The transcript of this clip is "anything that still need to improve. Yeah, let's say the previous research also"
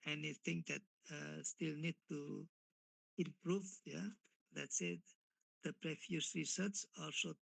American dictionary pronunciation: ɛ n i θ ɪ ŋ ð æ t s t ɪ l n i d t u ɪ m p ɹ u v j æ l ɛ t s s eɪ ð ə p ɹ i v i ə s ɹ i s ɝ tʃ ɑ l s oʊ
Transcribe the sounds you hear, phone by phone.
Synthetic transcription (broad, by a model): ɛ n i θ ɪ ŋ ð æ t s t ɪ l n i d t u ɪ m p ɹ u v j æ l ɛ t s s eɪ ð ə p ɹ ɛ f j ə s ɹ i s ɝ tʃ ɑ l s oʊ